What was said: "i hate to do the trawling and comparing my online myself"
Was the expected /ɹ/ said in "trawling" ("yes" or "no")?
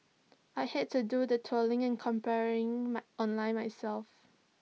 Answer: no